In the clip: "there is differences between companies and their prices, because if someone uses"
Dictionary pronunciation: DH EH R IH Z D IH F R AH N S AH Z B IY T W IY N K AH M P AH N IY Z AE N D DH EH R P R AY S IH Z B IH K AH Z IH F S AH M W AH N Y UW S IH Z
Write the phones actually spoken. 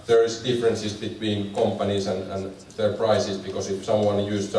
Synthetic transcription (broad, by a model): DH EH R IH S D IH F R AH N S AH S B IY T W IY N K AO M P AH N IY S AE N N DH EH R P R AY S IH S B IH K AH S IH F S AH M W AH N Y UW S